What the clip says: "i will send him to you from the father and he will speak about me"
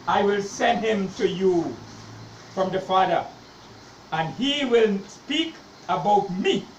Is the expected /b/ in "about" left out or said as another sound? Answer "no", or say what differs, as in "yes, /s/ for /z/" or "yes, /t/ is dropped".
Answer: no